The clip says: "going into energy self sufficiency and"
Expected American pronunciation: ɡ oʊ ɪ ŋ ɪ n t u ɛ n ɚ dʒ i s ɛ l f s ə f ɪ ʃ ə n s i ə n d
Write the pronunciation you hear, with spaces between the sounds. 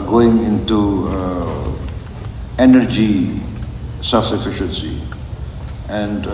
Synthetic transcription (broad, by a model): ɡ oʊ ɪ ŋ ɪ n t u ɛ n ɚ dʒ i s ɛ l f s ə f ɪ ʃ ə n s i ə n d